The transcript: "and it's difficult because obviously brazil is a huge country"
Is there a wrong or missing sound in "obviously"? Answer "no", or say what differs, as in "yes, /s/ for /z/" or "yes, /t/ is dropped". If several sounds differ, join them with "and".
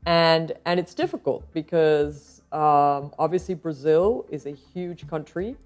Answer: no